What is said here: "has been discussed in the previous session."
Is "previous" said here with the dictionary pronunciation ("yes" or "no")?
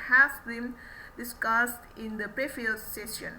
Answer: no